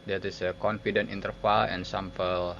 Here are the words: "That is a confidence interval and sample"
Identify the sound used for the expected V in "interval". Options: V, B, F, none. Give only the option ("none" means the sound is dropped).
F